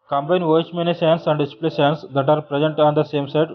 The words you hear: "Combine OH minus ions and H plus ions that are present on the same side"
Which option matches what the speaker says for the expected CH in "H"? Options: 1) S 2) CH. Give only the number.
1